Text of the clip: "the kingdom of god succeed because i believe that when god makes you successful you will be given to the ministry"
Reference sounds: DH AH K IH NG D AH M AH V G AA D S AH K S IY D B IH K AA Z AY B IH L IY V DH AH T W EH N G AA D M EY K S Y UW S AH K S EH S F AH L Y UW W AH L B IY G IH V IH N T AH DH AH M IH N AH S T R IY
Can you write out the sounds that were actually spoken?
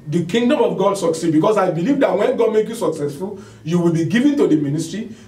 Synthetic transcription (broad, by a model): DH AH K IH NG D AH M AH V G AA D S AH K S IY D B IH K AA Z AY B IH L IY V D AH T W EH N G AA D M EY K Y UW S AH K S EH S F AH L Y UW W AH L B IY G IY V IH N T AH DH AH M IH N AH S T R IY